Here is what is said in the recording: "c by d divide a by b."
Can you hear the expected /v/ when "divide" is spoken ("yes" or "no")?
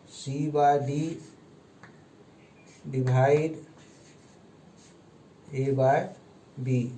no